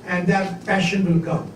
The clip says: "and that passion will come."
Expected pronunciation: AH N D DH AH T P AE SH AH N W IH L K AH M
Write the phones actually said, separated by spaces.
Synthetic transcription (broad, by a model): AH N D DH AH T F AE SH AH N W IH L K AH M